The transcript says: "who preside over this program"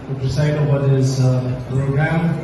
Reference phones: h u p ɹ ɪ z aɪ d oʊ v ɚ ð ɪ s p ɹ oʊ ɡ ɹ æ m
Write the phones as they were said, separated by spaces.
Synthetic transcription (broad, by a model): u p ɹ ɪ s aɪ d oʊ ɚ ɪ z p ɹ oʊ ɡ ɹ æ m